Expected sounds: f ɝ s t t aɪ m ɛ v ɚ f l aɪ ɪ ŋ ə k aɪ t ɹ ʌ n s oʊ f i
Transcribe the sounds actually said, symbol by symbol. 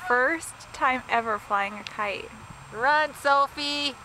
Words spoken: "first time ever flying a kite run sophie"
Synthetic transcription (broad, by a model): f ɝ s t t aɪ m ɛ v ɚ f l aɪ ɪ ŋ ə k aɪ t ɹ ʌ n s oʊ f i